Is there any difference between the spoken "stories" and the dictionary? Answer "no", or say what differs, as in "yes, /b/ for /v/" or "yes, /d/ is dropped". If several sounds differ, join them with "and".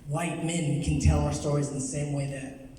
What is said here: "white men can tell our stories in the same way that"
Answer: no